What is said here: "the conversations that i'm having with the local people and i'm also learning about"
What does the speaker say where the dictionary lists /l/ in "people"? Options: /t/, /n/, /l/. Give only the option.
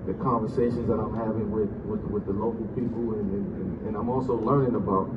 /n/